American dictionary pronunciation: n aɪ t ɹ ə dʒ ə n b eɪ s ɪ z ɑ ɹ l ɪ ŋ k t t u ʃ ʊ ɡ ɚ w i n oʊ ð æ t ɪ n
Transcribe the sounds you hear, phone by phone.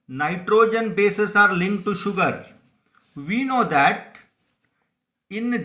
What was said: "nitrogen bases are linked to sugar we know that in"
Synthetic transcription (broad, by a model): n aɪ t ɹ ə dʒ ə n b eɪ s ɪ s ɑ ɹ l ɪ ŋ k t t u ʃ ʊ ɡ ɚ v i n oʊ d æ t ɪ n